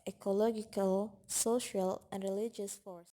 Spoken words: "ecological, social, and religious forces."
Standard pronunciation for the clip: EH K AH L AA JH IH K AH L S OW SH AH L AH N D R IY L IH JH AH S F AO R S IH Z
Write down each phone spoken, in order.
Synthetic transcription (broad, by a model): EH K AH L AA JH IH K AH L S OW SH AH L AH N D R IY L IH JH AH S F AO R S